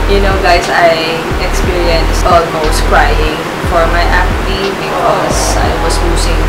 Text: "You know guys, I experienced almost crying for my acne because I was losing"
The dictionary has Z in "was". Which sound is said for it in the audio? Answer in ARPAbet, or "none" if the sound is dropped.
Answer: S